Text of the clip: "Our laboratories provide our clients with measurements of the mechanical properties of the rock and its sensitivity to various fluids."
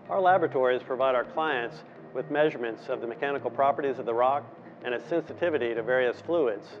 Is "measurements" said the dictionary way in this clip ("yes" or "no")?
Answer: yes